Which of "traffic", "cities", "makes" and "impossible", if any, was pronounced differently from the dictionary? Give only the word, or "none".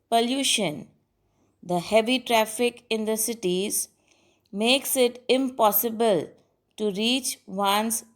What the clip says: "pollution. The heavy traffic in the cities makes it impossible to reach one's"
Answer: none